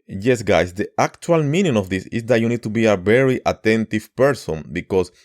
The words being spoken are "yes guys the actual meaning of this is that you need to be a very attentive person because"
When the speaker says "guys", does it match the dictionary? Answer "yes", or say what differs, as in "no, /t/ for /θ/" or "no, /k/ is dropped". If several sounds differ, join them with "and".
no, /s/ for /z/